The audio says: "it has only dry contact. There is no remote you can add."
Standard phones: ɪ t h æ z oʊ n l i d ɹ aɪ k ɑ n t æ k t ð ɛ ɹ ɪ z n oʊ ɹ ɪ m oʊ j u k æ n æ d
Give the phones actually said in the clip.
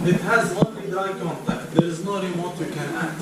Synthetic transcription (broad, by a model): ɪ t h æ z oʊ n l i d aɪ k ɑ n t æ k t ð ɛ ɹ ɪ z n oʊ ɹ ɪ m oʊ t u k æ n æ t